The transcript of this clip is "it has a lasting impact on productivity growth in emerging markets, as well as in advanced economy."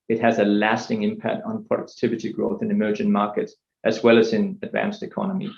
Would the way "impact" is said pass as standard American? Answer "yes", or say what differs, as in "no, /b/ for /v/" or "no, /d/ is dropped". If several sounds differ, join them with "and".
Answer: yes